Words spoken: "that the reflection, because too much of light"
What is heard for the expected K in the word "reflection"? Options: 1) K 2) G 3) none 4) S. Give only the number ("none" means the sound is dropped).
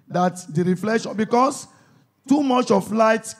3